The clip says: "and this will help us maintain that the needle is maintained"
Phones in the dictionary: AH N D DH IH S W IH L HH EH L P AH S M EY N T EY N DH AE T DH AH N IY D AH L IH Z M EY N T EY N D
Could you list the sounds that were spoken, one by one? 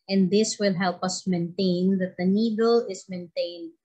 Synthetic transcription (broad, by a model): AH N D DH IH S W IH L HH EH L P AH S M EY N T EY N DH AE T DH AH N IY D AH L IH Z M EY N T EY N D